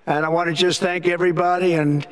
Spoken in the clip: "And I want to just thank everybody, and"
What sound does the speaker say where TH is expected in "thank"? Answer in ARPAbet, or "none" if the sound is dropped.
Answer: TH